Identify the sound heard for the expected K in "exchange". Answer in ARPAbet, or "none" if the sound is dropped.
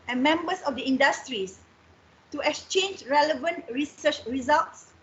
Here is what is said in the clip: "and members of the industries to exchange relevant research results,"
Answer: K